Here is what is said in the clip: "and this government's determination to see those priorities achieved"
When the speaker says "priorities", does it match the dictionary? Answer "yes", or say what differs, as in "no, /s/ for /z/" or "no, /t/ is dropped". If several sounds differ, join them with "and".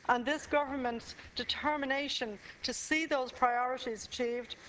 yes